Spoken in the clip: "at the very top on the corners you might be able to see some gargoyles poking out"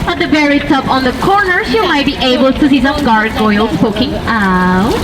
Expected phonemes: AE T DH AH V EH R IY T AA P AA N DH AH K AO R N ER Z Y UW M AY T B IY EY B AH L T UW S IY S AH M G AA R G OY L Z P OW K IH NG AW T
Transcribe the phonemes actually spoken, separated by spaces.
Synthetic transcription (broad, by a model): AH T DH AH B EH R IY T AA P AA N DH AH K AO R N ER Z Y UW M AY T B IY EY B AH L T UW S IY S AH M G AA R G OY L S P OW K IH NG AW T